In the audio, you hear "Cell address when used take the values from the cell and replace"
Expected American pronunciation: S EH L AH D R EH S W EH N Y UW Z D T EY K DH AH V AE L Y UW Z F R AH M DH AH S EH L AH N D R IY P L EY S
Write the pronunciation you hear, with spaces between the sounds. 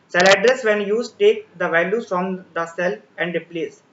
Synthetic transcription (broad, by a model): S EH L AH D R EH S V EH N Y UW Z T EY K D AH V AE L Y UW F R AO M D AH S EH L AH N D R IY P L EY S